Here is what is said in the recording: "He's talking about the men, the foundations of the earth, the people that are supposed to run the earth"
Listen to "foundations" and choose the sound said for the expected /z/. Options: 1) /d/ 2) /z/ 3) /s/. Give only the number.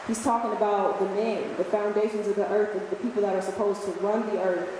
2